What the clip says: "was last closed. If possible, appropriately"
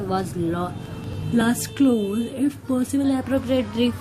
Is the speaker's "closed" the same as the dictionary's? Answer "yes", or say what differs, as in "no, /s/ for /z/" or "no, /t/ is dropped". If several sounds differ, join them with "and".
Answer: no, /d/ is dropped